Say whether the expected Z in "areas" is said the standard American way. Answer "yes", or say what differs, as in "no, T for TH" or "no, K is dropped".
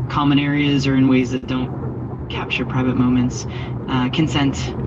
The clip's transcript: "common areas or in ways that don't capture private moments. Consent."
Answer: yes